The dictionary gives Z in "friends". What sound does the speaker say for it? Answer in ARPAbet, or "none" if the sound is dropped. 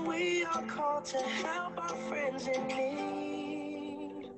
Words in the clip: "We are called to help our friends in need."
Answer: Z